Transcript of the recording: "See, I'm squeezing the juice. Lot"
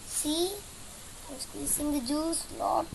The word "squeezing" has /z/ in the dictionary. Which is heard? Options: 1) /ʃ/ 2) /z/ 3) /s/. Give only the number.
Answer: 3